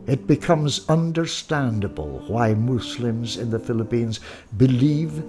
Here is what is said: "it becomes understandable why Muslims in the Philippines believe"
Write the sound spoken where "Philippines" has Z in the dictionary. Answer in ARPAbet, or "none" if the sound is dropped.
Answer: Z